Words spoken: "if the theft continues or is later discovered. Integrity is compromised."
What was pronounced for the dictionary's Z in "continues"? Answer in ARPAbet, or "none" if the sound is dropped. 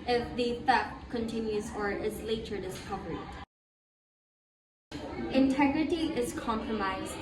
Z